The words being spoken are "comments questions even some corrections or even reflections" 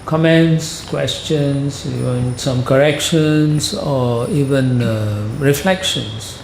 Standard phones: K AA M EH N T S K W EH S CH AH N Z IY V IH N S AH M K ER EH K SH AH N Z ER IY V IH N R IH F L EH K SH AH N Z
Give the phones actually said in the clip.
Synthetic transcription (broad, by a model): K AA M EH N T S K W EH S CH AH N S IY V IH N S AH M K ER EH K SH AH N S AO IY V IH N R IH F L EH K SH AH N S